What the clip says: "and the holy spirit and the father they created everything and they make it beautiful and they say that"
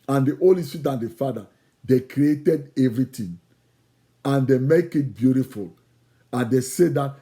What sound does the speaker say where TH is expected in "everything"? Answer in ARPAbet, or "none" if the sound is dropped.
T